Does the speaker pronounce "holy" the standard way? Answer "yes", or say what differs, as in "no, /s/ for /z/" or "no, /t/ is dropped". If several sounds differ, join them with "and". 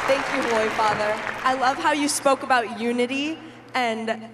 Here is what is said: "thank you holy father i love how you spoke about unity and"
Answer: no, /l/ is dropped